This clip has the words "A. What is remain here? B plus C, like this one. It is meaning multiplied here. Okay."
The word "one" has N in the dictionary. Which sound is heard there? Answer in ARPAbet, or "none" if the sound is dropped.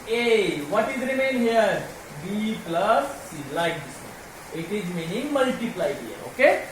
none